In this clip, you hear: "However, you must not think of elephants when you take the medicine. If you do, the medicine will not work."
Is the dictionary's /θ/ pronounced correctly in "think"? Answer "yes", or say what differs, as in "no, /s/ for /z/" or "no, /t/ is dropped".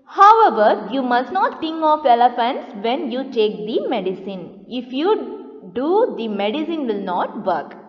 no, /t/ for /θ/